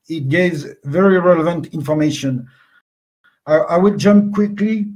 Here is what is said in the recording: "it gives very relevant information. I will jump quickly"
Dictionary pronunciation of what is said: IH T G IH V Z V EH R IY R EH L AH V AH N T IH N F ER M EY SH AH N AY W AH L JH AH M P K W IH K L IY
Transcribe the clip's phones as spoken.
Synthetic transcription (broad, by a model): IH T G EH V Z V EH R IY R EH L AH V AH N T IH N F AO M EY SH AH N AY W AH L JH AH M P K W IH K L IY